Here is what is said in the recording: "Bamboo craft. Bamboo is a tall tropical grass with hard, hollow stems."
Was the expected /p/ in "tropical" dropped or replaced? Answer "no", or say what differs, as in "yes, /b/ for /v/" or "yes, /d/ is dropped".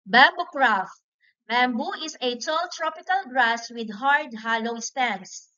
no